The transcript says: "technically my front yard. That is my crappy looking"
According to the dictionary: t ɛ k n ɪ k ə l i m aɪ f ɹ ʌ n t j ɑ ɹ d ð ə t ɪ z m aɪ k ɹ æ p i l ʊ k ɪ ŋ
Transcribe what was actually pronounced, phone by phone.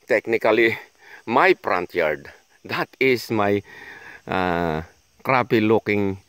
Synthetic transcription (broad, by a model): t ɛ k n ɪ k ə l i m aɪ p ɹ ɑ n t j ɑ ɹ d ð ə t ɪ s m aɪ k ɹ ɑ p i l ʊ k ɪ ŋ